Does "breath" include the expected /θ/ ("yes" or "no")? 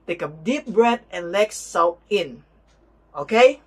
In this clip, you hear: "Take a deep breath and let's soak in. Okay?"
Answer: no